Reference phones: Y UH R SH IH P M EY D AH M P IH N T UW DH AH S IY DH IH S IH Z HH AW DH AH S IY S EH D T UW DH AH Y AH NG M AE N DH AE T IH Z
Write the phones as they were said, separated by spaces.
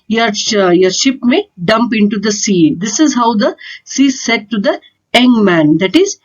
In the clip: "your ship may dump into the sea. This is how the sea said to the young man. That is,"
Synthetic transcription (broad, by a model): Y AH R SH IH P M EY D AH M P IH N T UW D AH S IY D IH S IH Z HH AW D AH S IY S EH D T UW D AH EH NG M AE N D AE T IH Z